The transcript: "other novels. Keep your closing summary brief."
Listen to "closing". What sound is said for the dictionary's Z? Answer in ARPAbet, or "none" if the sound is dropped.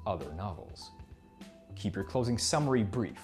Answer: Z